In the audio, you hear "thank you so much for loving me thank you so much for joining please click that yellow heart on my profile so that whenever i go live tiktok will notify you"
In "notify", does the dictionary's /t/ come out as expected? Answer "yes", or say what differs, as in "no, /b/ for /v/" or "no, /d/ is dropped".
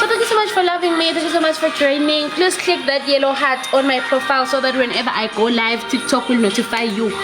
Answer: yes